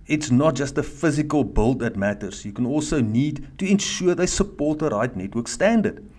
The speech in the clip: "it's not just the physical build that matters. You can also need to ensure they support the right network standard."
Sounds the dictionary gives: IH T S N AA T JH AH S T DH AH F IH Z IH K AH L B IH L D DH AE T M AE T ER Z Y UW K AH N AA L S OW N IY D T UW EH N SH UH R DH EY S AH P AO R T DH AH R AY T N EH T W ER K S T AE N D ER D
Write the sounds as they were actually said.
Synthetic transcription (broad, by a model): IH T S N AA T JH AH S T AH F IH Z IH K AH L B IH L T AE T M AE T ER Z Y UW K AH N AA L S OW N IY D T UW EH N SH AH R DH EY S AH P AO R T AH R AY T N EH T W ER K S T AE N D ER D